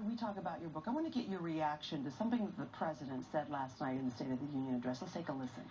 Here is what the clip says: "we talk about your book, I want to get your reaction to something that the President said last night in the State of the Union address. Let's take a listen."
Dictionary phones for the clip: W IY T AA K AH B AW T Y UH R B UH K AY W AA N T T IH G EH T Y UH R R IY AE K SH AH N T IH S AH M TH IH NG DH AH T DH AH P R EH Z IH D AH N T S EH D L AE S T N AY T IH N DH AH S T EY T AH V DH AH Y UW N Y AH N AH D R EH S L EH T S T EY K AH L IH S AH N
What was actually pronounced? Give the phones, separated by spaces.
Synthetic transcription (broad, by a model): W IY T AA K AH B AW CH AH R B UH K AY W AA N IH G EH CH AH R R IY AE K SH AH N T IH S AH M TH IH NG DH AH T DH AH P R EH Z IH D AH N T S EH D L AE S T N AY T IH N DH AH S T EY T AH V DH AH Y UW N Y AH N AH D R EH S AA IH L T EY K AH L IH S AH N